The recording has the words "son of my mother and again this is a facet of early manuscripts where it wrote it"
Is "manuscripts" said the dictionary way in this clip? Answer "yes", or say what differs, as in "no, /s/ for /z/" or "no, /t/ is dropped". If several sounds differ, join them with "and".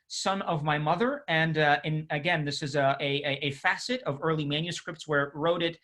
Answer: yes